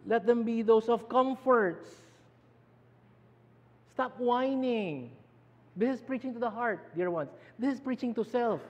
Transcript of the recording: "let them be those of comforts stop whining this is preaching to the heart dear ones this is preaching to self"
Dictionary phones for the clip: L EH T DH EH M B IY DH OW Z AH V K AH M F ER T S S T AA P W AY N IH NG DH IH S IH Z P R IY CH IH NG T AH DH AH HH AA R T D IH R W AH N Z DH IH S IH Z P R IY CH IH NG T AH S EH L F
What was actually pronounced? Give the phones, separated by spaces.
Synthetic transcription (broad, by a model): L EH T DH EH M B IY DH OW S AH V K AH M F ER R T S T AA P W AY N IH NG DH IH S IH S P R IY CH IH NG T AH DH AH HH AA R T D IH R W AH N S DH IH S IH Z P R IY CH IH NG T AH S EH L F